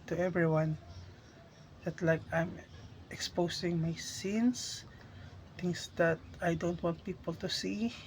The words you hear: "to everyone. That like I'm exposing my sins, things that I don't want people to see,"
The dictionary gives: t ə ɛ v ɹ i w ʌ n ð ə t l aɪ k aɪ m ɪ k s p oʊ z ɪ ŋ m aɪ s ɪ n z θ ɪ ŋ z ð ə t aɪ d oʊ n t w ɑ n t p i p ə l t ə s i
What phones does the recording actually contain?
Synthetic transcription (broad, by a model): t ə ɛ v ɹ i w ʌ n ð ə t l aɪ k aɪ m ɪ k s p oʊ s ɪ ŋ m aɪ s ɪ n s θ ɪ ŋ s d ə t aɪ d oʊ n t w ɑ n t p i p ə l t ə s i